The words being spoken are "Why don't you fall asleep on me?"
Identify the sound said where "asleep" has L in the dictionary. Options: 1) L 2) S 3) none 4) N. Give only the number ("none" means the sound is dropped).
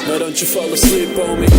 3